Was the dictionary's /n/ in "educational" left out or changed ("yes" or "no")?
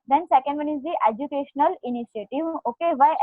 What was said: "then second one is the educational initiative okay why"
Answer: no